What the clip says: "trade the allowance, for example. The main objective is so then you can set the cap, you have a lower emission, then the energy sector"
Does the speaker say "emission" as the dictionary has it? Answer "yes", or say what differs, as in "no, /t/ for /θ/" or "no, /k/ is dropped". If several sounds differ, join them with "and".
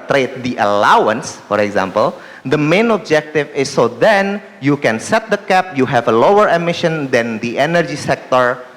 yes